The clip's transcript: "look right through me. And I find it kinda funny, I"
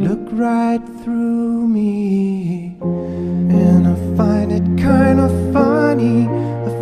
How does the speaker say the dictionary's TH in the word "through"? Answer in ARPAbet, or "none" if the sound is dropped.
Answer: TH